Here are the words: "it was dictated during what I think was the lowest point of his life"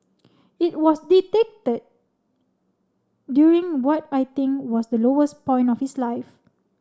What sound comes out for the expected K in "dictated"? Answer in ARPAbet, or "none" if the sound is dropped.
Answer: none